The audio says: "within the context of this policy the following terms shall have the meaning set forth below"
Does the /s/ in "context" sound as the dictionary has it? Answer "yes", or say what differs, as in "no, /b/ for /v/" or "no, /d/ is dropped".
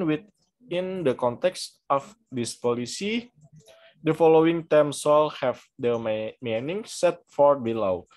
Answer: yes